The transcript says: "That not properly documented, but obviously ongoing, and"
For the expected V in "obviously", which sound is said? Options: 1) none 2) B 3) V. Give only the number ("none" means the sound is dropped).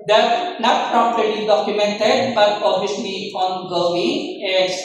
1